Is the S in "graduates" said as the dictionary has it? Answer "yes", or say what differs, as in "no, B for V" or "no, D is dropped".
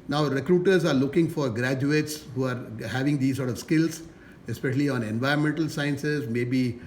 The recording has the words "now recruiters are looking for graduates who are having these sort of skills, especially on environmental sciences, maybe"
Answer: yes